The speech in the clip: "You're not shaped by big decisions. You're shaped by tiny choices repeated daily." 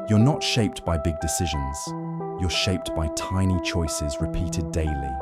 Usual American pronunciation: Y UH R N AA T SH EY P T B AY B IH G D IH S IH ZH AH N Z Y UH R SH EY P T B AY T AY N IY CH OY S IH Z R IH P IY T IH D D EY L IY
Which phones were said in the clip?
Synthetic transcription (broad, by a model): Y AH R N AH T SH EY P T B AY B IH G D IH S IH ZH AH N Z Y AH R SH EY P T B AY T AY N IY CH OY S IH Z R IH P IY T IH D D EY L IY